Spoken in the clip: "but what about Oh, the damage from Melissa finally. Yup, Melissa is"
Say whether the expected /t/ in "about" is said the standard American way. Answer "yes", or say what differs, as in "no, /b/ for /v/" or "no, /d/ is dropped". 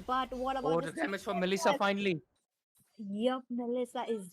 no, /t/ is dropped